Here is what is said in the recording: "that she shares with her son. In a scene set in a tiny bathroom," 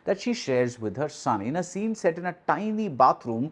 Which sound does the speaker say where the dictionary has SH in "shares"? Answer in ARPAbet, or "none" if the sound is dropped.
SH